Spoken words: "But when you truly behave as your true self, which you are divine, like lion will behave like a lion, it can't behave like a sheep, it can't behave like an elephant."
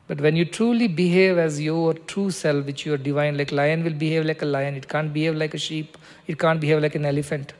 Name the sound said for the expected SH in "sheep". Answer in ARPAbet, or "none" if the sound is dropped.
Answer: SH